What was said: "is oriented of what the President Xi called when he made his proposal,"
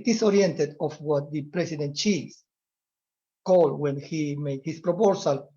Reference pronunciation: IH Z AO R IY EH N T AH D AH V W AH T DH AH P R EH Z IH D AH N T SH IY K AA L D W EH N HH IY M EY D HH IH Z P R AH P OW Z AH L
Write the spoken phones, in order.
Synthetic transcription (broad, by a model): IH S AO R IY EH N T AH D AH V W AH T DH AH P R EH S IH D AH N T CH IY K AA L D W EH N HH IY M EY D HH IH S P R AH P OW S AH L